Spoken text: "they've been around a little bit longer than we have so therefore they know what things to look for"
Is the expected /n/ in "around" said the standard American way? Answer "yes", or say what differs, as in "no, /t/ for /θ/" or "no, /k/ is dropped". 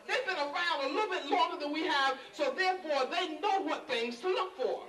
no, /l/ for /n/